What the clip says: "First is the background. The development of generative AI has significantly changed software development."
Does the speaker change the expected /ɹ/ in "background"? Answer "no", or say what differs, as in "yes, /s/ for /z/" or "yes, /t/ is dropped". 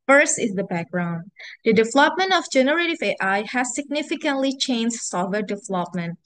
no